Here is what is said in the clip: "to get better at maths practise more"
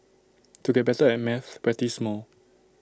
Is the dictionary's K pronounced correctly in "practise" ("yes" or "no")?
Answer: no